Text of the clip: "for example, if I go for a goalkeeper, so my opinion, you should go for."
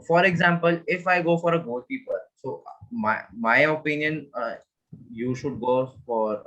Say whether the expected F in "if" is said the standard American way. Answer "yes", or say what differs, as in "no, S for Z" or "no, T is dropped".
yes